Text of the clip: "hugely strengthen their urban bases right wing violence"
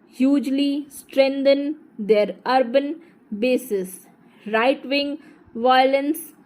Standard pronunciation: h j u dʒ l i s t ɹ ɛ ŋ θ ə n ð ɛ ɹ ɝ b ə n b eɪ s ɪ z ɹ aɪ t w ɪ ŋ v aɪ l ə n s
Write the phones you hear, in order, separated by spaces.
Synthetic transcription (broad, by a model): h j u dʒ l i s t ɹ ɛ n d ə n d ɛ ɹ ɝ b ə n b eɪ s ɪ s ɹ aɪ t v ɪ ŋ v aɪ l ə n s